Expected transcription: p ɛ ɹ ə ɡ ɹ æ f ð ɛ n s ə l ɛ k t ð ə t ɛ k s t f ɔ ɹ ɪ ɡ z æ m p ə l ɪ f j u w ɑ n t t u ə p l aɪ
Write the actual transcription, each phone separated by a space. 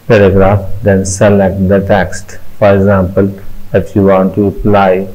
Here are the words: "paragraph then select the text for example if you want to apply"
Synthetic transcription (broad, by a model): p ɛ ɹ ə ɡ ɹ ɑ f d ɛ n s ə l ɛ k t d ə t ɛ k s t f ɔ ɹ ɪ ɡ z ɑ m p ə l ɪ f j u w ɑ n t t u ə p l aɪ